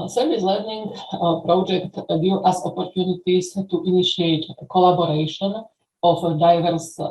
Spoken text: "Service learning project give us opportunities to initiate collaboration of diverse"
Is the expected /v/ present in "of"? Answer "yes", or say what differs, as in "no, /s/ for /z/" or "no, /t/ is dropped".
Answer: no, /f/ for /v/